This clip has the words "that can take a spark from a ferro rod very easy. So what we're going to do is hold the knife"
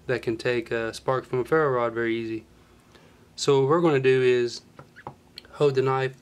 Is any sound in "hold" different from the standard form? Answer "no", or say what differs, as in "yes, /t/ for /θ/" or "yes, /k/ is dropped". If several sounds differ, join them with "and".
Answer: yes, /l/ is dropped